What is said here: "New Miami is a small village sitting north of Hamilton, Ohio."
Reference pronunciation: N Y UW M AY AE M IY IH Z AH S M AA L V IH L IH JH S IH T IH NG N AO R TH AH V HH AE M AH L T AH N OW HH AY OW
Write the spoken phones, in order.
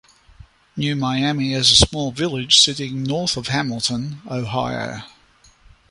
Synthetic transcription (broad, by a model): N Y UW M AY AE M IY IH Z AH S M AA L V IH L IH JH S IH T IH NG N AO R TH AH V HH AE M AH L T AH N OW HH AY OW